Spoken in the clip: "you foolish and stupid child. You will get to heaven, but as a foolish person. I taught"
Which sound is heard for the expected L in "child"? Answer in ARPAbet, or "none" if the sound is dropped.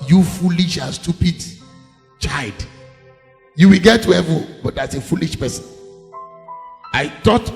none